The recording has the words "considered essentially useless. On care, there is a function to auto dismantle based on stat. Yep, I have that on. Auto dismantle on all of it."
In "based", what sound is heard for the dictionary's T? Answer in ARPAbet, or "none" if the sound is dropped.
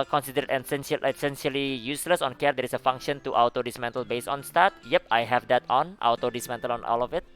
none